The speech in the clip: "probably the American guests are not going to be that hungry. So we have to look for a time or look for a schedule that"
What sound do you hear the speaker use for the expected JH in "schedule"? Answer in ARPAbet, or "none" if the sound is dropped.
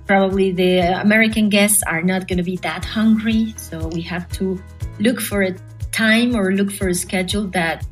JH